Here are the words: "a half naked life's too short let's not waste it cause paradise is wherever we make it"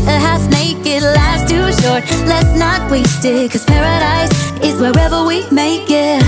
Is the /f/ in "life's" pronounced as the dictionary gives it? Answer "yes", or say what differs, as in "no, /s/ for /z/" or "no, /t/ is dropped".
no, /f/ is dropped